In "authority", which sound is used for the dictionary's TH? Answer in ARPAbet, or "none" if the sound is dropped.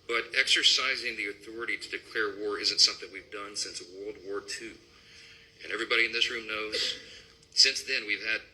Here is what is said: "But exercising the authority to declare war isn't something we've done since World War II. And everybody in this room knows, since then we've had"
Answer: TH